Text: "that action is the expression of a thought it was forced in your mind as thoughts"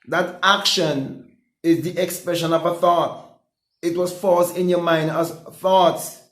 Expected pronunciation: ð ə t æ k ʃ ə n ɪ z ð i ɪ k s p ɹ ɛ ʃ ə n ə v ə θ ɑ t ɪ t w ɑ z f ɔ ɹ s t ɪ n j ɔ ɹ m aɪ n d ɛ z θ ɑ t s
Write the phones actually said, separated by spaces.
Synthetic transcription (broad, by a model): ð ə t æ k ʃ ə n ɪ z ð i ɪ k s p ɹ ɛ ʃ ə n ə v ə θ ɑ t ɪ t w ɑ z f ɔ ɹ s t ɪ n j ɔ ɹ m aɪ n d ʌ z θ ɑ t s